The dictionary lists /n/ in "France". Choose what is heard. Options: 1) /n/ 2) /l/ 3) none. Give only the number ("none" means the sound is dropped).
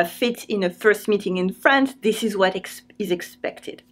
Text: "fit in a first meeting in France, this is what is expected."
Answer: 1